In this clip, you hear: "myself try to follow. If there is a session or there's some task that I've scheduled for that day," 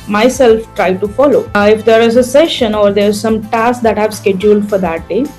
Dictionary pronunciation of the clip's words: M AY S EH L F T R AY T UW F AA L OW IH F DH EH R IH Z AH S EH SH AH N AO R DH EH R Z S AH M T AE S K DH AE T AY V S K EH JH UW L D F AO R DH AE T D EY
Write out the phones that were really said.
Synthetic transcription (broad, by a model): M AY S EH L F T R AY T UW F AA L OW IH F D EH R IH Z AH S EH SH AH N AO R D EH R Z S AH M T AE S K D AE T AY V S K EH JH UW L D F AO R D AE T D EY